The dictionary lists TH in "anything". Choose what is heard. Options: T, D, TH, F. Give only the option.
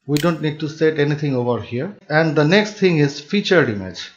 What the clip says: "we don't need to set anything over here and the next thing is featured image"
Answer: T